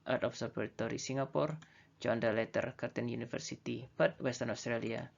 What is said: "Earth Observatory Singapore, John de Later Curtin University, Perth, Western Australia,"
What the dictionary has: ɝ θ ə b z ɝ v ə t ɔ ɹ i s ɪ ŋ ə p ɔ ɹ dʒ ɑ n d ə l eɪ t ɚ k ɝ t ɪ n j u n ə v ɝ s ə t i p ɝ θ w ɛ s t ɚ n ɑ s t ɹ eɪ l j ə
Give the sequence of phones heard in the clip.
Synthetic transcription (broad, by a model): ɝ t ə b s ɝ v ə t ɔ ɹ i s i ŋ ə p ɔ ɹ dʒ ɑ n d ə l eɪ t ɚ k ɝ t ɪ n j u n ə f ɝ s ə t i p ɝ t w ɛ s t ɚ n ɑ s t ɹ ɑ l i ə